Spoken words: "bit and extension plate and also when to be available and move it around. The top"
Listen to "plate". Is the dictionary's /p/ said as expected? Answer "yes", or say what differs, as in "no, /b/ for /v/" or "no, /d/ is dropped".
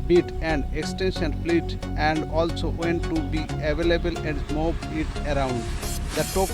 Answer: no, /f/ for /p/